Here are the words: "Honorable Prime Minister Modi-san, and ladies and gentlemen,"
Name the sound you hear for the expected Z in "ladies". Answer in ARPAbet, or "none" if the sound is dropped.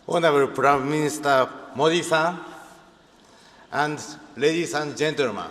S